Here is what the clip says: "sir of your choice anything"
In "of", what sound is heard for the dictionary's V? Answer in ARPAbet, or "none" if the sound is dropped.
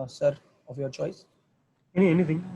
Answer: V